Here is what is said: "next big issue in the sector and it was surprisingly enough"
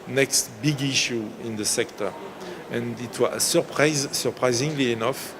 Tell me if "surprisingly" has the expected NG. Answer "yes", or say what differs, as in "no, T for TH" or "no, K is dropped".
yes